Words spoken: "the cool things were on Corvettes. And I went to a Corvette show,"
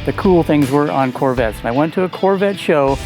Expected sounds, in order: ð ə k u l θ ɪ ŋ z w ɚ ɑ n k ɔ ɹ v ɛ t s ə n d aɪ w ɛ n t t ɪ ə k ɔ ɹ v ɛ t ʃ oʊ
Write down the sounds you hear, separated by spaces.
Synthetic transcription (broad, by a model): ð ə k u l θ ɪ ŋ z w ɚ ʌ n k ɔ ɹ v ɛ t s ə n aɪ w ɛ n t t ɪ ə k ɔ ɹ v ɛ t ʃ oʊ